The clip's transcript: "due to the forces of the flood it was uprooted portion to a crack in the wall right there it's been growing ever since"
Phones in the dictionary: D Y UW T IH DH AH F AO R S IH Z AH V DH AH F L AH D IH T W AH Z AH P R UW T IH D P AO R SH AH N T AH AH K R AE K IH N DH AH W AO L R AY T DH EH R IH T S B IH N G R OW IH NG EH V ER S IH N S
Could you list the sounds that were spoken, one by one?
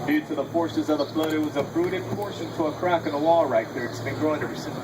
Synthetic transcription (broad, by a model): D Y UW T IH DH AH F AO R S IH Z AH V DH AH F L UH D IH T W AH Z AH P R UW T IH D P AO R SH AH N T AH AH K R AE K IH N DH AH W AO R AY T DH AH R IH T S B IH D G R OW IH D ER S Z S